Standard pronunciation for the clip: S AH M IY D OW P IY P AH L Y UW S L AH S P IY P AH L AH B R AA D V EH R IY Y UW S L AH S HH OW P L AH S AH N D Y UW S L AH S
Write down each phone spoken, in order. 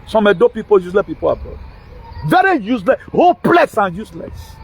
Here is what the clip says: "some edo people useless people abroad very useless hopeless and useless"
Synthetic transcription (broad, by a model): S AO M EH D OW P IY P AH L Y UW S L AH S P IY P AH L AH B AA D V EH R IY Y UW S L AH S HH OW P L AH S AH N Y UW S L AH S